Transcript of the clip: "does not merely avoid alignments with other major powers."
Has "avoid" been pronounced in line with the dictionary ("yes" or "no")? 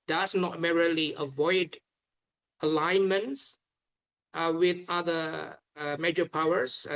yes